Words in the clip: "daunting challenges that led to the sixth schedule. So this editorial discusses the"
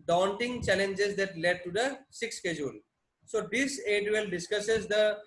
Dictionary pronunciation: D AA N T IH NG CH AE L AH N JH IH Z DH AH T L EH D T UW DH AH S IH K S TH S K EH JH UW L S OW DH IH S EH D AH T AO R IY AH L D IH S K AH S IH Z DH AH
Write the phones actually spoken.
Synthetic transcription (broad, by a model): D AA N T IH NG CH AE L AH N JH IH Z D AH T L EH D T UW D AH S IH K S S K EH JH UW L S OW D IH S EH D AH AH L D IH S K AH S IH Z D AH